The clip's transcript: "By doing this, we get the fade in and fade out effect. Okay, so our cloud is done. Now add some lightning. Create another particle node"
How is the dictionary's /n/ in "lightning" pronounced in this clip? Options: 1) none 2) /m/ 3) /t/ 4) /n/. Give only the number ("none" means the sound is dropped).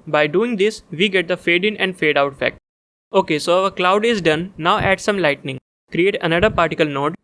4